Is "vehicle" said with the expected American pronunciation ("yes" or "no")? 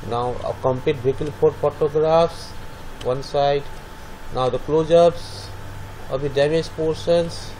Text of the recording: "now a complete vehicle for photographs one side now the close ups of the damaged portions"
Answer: no